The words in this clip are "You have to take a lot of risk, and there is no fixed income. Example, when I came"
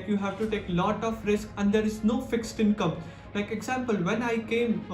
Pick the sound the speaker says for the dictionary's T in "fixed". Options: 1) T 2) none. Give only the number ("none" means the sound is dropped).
1